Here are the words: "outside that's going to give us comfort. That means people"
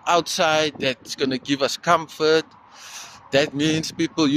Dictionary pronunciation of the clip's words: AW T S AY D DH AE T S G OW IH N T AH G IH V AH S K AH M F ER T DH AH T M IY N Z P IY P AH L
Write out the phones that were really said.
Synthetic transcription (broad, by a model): AW T S AY D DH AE T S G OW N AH G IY V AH S K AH M F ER T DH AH T M IY N S P IY P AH L